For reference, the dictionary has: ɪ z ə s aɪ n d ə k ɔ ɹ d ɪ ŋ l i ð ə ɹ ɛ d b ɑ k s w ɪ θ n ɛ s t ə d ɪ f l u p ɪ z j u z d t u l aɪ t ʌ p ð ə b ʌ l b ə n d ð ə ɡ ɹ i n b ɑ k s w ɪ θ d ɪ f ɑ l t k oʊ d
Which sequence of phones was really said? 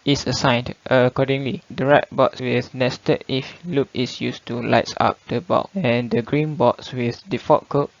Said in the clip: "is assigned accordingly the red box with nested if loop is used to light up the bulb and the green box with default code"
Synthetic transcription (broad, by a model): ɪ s ə s aɪ n d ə k ɔ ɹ d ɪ ŋ l i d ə ɹ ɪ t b ɑ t s w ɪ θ n ɛ s t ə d ɪ f l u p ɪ s j u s t u l aɪ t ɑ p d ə b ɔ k ə n d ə ɡ ɹ i n b ɑ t s w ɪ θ d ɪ f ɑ t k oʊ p